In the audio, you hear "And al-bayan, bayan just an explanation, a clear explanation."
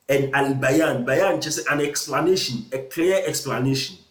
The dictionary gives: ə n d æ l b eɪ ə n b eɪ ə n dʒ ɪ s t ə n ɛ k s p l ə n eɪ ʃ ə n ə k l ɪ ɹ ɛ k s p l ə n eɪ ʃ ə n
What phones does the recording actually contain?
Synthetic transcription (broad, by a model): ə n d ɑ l b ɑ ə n b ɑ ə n tʃ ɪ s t ə n ɛ k s p l ə n eɪ ʃ ə n ə k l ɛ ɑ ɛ k s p l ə n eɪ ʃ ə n